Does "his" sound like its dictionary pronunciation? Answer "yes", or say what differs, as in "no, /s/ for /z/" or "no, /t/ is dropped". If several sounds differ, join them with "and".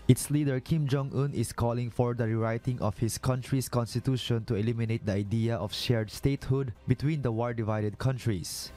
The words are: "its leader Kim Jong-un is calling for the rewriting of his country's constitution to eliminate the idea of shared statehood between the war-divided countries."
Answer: no, /s/ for /z/